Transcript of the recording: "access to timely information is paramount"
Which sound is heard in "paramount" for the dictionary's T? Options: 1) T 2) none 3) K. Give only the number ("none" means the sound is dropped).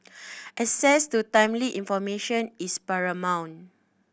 2